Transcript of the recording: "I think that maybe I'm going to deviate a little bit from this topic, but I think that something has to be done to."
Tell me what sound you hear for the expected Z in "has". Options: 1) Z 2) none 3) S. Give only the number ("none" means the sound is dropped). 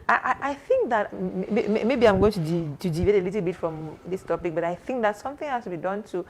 3